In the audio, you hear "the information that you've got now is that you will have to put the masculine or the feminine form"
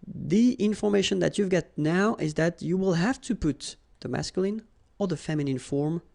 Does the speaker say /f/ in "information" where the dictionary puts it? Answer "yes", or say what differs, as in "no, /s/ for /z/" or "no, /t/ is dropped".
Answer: yes